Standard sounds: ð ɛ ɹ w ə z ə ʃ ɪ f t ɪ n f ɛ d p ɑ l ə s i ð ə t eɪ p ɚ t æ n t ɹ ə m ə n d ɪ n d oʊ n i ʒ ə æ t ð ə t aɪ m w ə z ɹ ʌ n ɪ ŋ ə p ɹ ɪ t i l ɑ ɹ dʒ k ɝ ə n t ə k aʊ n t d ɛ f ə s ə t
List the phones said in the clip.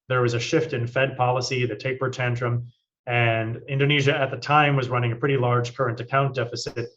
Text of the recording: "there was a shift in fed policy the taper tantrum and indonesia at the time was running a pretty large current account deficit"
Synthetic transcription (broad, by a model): ð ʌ ɹ w ə z ə ʃ ɪ f t ɪ n f ɛ d p ɑ l ə s i ð ə t eɪ p ɚ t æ n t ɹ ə m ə n ɪ n d oʊ n i ʒ ə t ð ə t aɪ m w ə z ɹ ʌ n ɪ ŋ ə p ɹ ɪ t i l ɑ ɹ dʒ k ɝ ə n t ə k aʊ n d ɛ f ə s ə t